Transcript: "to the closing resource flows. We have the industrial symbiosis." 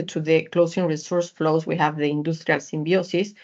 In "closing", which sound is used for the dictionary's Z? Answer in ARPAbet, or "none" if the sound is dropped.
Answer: S